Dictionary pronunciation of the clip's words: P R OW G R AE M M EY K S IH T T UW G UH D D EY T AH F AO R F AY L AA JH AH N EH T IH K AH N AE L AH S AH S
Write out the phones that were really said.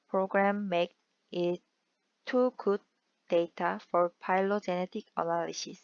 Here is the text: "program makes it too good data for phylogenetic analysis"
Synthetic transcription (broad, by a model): P R OW G R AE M M EY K IH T T UW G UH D D EY T AH F AO R P AY L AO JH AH N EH T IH K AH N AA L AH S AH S